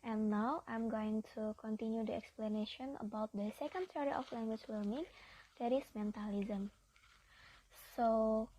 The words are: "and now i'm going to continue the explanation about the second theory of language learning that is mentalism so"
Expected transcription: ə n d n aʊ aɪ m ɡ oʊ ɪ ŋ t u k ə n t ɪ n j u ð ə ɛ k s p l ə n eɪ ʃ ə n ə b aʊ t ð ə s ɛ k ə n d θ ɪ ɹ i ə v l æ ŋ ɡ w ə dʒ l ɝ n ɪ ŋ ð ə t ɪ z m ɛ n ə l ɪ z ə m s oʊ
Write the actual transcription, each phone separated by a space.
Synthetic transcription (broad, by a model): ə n n aʊ aɪ m ɡ oʊ ɪ ŋ t u k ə n t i n j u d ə ɛ k s p l ə n eɪ ʃ ə n ə b aʊ t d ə s ɛ k ə n d s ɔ ɹ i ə f l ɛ ŋ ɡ w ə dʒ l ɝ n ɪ ŋ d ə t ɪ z m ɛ n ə l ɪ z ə m s oʊ